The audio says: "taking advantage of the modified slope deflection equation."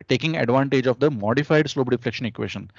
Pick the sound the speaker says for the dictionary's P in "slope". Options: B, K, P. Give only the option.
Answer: B